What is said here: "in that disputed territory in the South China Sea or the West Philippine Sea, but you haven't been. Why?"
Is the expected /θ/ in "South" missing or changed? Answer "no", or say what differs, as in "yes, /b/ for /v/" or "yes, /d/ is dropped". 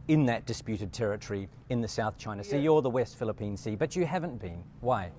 no